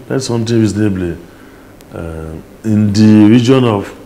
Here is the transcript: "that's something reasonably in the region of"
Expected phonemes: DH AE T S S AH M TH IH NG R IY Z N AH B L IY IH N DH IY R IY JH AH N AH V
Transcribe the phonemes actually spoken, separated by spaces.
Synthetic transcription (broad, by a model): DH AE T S S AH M T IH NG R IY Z N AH B L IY IH N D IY R IY JH AH N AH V